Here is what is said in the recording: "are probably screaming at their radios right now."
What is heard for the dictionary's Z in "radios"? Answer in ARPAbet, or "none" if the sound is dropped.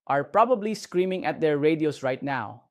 S